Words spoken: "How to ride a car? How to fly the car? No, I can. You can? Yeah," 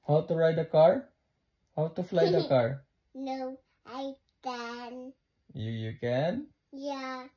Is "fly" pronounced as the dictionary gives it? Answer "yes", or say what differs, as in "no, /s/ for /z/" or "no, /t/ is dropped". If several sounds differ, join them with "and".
yes